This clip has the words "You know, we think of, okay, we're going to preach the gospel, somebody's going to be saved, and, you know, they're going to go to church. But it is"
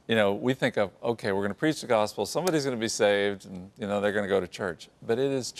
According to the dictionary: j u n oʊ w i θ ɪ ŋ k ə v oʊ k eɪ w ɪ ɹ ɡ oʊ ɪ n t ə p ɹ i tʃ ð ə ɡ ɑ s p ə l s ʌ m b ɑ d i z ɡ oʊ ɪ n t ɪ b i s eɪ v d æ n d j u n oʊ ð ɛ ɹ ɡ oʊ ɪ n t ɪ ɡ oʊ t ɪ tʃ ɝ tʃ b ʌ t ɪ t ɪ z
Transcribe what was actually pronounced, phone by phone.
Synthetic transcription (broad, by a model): j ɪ n oʊ w i θ ɪ ŋ k ə v oʊ k eɪ w ɪ ɹ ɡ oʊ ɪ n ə p ɹ i tʃ ð ə ɡ ɑ s p l s ʌ m b ɑ d i z ɡ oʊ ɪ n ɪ b i s eɪ v d n j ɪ n oʊ ð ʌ ɹ ɡ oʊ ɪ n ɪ ɡ oʊ t ɪ tʃ ɝ tʃ b ʌ t ɪ t ɪ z